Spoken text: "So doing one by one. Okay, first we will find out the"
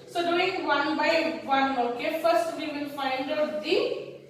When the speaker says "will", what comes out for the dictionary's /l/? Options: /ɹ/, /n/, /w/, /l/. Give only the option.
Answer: /n/